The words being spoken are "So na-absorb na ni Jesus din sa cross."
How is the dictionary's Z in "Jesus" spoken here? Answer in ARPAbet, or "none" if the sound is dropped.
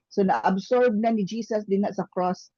S